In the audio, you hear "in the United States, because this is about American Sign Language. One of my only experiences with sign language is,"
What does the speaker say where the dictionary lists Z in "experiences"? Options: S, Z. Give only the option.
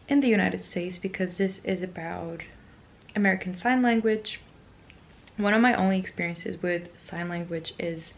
Z